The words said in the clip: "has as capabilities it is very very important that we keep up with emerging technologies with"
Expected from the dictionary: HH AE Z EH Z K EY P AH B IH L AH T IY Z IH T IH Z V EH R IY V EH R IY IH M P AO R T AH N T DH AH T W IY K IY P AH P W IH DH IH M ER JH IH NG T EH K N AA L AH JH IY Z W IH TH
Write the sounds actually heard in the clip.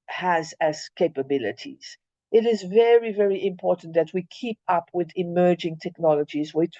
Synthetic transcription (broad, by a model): HH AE Z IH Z K EY P AH B IH L AH T IY Z IH T IH Z V EH R IY V EH R IY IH M P AO R T N DH AH T W IY K IY P AH P W IH DH IH M ER JH IH NG T EH K N AA L AH JH IY Z W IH